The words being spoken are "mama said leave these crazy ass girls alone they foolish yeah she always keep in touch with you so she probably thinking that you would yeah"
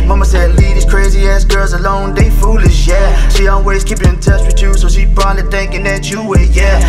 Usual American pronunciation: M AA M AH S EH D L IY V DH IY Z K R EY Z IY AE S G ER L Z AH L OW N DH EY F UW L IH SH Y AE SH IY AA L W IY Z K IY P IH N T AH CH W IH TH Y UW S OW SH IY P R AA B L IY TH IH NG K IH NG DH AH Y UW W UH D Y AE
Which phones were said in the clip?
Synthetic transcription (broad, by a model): M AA M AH S EH D L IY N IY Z K R EY Z IY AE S G ER L Z AH L OW N DH EY F UW L IH SH Y AE SH IY AA L W IY Z K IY P IH N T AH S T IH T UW S OW SH IY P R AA L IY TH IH NG K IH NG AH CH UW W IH Y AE